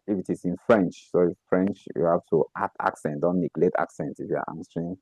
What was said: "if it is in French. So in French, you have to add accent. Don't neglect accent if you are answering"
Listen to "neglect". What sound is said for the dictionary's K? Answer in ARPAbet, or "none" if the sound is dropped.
none